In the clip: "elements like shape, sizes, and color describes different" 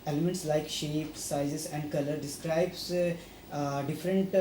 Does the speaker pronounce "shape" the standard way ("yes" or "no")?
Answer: yes